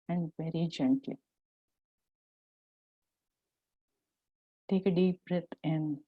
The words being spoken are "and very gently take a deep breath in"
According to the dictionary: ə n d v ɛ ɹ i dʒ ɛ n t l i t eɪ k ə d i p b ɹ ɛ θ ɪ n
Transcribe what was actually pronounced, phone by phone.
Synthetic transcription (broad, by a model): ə n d v ɛ ɹ i dʒ ɛ n t l i t eɪ k ə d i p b ɹ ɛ t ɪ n